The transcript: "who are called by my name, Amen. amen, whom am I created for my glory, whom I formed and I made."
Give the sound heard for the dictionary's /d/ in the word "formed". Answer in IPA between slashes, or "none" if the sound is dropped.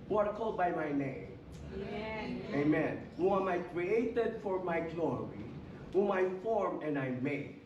none